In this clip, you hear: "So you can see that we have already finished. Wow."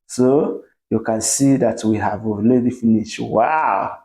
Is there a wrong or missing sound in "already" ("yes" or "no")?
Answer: yes